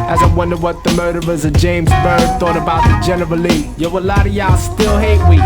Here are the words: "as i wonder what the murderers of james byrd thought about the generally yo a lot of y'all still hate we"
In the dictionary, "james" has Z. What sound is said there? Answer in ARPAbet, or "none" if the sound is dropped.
Z